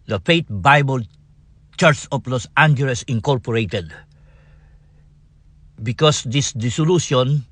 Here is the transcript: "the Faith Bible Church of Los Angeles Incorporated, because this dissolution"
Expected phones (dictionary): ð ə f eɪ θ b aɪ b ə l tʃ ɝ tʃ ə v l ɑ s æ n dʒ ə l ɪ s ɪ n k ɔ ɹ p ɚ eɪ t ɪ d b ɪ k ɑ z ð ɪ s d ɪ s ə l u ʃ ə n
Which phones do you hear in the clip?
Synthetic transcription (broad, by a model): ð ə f eɪ t b aɪ b ə l tʃ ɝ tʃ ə p l ɑ s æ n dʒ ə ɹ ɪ s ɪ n k ɔ ɹ p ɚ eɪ t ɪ d b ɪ k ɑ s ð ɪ s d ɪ s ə l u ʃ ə n